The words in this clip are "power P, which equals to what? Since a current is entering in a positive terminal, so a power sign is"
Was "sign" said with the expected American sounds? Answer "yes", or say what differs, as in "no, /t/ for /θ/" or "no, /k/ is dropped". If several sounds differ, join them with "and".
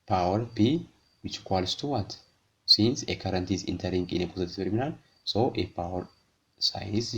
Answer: no, /n/ is dropped